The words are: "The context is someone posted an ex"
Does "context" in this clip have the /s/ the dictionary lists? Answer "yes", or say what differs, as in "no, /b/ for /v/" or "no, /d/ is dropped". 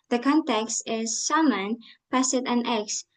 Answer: yes